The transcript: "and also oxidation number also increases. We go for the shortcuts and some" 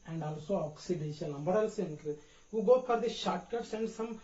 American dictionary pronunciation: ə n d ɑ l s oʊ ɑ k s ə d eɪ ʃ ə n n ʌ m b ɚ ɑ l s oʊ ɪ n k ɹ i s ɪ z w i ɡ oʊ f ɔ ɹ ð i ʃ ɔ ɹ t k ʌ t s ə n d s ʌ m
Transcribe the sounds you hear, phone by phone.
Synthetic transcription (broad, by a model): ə n d ɑ l s oʊ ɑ k s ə d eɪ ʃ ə l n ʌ m b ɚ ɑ l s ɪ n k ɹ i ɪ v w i ɡ oʊ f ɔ ɹ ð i ʃ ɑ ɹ t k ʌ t s ə n d s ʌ m